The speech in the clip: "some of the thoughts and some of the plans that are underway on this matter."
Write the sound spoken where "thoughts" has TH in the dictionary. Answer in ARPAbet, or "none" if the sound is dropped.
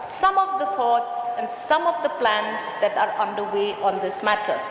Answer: T